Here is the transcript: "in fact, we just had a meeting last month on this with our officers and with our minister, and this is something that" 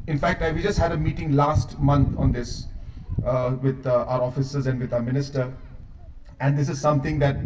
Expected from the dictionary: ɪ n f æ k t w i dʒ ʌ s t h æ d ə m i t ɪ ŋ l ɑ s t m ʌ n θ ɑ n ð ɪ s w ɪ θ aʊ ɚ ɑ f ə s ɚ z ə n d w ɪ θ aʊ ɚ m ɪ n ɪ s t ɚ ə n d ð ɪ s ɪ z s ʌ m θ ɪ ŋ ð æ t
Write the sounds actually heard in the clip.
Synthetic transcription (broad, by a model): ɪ n f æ k t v i dʒ ʌ s t h æ d ə m i t ɪ ŋ l ɑ s t m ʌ n t ɑ n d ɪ s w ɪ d aʊ ɚ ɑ f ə s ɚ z ə n d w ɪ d aʊ ɚ m ɪ n ɪ s t ɚ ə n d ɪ s ɪ z s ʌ m t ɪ ŋ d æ t